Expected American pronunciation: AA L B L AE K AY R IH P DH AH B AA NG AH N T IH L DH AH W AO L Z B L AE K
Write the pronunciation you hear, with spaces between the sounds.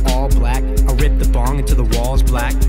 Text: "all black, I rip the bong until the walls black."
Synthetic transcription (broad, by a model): AA L B L AE K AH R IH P DH AH B AA NG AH N T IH DH AH W AO L Z B L AE K